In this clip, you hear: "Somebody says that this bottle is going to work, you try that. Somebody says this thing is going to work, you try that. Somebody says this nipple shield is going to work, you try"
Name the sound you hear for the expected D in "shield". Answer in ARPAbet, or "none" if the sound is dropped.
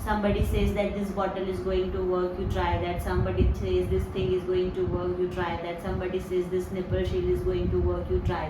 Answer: none